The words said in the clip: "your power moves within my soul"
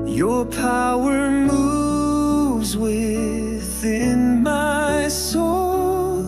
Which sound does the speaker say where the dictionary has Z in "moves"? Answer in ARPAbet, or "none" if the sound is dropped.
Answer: Z